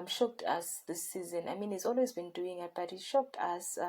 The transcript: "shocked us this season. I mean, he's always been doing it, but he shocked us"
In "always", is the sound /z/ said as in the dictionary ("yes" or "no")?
yes